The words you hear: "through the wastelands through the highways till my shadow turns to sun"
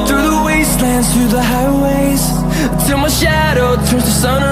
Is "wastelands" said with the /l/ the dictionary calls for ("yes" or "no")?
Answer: yes